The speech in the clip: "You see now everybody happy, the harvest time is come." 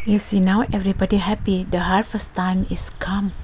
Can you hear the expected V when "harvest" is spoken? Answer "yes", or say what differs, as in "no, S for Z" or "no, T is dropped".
no, F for V